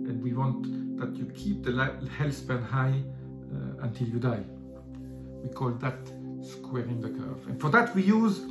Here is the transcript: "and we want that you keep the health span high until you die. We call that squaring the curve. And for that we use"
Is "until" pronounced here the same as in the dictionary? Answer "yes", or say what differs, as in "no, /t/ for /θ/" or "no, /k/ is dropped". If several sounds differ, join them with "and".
yes